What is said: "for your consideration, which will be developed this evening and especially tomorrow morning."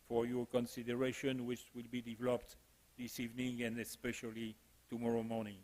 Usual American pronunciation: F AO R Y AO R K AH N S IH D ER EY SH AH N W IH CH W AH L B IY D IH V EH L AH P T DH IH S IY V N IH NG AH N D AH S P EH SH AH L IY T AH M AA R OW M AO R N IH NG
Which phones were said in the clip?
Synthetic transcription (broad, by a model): F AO R Y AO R K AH N S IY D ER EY SH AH N W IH CH W AH L B IY D IH V EH L AH P T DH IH S IY V N IH NG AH N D AH S P EH SH AH L IY T AH M AA R OW M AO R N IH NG